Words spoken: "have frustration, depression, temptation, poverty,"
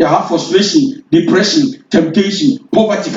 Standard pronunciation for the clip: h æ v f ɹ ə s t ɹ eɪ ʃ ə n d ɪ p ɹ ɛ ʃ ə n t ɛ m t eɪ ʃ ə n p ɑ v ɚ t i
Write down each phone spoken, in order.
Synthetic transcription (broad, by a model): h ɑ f ə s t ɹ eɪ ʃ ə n d ɪ p ɹ ɛ ʃ ə n t ɛ m t eɪ ʃ ə n p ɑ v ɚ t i